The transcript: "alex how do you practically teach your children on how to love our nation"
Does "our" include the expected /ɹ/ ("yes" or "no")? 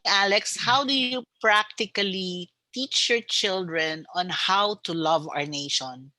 yes